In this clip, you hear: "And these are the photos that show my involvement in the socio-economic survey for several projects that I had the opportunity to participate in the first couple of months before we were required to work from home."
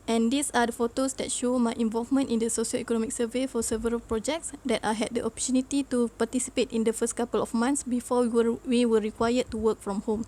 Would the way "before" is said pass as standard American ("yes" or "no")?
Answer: no